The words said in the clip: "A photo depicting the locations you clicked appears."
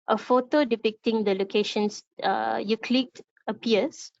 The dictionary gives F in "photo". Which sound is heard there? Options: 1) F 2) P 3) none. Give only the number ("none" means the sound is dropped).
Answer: 1